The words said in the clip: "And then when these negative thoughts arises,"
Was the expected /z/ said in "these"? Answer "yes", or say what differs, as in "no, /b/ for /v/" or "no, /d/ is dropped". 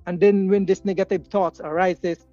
no, /s/ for /z/